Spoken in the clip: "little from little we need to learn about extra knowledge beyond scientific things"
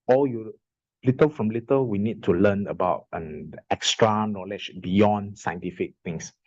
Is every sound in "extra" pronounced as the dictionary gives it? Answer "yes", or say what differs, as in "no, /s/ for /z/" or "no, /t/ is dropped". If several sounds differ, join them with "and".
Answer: yes